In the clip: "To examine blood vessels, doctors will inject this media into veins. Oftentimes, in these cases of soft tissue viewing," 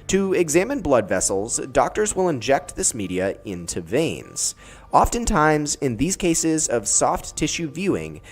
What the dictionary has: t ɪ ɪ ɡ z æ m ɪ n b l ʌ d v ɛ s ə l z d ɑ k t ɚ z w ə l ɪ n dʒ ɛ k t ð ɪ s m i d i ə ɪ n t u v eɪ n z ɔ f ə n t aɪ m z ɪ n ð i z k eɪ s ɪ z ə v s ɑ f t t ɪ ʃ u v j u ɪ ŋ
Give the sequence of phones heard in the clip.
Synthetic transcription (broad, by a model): t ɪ ɪ ɡ z æ m ɪ n b l ʌ d v ɛ s l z d ɑ k t ɚ z w ə l ɪ n dʒ ɛ k t ð ɪ s m i d i ə ɪ n t u v eɪ n z ɔ f ə n t aɪ m z ɪ n ð i z k eɪ s ɪ z ə v s ɑ f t t ɪ ʃ u v j u ɪ ŋ